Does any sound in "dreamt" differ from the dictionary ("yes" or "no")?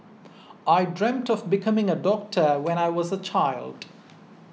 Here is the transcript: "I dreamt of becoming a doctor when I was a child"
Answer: no